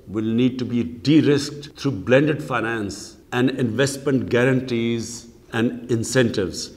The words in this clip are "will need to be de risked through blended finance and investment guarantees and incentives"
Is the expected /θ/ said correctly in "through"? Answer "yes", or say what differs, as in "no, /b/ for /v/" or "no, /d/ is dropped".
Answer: no, /t/ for /θ/